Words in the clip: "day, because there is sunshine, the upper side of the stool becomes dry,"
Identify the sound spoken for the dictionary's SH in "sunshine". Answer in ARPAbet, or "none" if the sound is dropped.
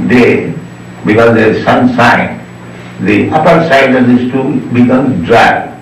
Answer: S